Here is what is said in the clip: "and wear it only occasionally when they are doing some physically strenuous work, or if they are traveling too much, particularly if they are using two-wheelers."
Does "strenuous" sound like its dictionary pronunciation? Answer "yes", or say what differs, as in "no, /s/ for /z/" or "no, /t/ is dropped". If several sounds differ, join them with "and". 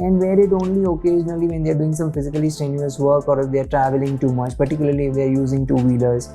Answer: no, /ɹ/ is dropped